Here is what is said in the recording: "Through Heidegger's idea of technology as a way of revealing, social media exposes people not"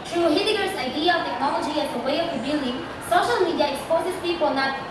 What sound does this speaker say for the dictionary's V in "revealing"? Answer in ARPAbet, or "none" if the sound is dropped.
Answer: B